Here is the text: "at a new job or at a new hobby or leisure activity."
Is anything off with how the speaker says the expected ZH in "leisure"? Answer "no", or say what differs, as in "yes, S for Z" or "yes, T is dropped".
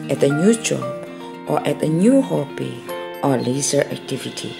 yes, Z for ZH